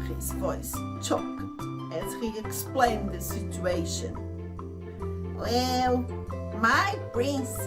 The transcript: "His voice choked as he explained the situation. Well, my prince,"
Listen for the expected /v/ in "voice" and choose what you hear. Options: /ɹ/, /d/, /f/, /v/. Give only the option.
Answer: /v/